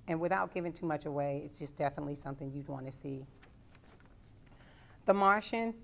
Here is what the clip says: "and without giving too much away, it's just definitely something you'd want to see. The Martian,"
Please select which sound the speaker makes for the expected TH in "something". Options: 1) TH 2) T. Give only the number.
1